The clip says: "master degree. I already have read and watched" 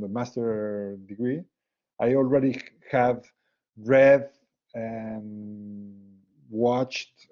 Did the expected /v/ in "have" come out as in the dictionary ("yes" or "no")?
yes